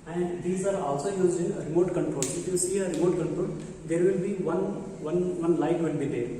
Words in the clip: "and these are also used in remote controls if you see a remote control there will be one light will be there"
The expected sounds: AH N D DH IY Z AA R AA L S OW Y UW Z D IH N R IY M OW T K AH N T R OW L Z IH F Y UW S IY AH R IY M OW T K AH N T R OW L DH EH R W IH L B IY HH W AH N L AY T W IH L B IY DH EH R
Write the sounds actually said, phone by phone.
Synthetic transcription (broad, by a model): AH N D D IY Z AA R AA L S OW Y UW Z IH N R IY M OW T K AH N T R OW L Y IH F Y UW S IY AH R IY M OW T K AH N T R OW L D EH R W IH L B IY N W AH N L AY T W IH L B IY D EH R